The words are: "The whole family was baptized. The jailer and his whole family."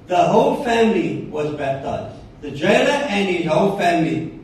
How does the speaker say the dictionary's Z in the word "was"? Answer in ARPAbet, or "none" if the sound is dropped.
Z